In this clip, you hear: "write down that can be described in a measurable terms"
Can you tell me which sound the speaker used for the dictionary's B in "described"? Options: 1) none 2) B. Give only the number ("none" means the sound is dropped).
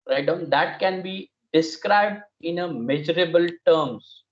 2